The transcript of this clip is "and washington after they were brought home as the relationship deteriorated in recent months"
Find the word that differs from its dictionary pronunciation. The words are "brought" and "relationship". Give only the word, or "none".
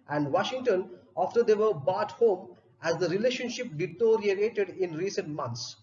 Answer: brought